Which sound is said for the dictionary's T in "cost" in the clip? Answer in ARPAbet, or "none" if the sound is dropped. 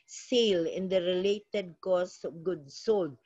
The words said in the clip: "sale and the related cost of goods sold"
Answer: none